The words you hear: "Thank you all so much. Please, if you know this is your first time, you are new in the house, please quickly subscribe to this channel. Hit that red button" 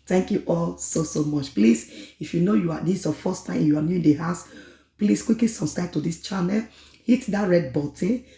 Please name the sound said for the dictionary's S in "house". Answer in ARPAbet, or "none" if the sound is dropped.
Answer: S